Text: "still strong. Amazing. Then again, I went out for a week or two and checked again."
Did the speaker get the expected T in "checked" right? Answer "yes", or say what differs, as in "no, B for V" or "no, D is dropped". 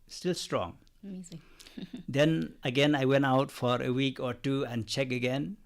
no, T is dropped